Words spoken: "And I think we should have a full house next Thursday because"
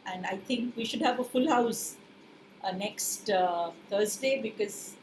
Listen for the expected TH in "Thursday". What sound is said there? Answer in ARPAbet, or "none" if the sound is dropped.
T